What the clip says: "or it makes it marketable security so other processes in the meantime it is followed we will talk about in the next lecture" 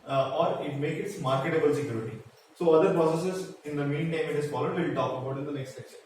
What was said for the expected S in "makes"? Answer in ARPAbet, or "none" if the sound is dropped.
none